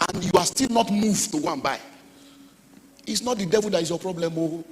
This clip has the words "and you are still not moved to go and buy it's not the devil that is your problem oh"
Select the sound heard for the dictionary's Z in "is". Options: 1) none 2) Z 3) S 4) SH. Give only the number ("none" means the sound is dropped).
3